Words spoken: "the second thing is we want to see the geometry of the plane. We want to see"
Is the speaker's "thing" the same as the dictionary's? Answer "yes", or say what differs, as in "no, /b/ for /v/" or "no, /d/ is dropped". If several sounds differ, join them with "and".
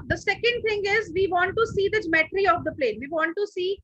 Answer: no, /t/ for /θ/